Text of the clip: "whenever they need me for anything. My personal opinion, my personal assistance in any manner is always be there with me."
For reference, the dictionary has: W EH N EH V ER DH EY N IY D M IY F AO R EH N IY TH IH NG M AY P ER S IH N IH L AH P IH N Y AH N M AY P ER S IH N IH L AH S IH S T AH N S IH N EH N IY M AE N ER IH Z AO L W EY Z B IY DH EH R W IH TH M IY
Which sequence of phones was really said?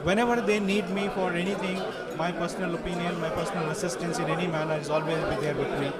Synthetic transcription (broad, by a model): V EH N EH V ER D EY N IY D M IY F AO R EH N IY T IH NG M AY P ER S IH N IH L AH P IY N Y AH N M AY P ER S IH N IH L AH S IH S T AH N S IH N EH N IY M AE N ER IH Z AO L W EY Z B IY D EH R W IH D M IY